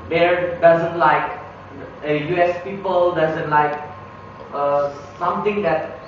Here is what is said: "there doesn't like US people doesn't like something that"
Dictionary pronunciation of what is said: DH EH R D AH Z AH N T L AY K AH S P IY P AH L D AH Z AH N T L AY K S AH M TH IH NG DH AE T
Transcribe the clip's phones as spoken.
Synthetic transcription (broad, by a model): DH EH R D AH Z AH N T L AY K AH S P IY P AH L D AH Z AH N T L AY K S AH M T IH NG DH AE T